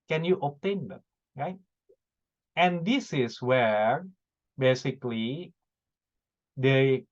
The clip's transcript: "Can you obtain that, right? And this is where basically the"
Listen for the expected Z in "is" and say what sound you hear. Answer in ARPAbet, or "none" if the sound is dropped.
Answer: S